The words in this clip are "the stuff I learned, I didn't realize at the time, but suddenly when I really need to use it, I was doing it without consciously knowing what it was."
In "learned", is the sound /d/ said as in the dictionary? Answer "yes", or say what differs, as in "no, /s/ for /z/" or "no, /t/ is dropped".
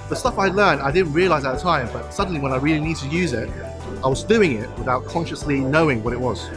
yes